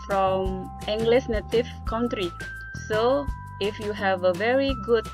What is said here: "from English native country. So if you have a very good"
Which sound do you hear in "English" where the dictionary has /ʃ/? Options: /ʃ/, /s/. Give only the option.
/s/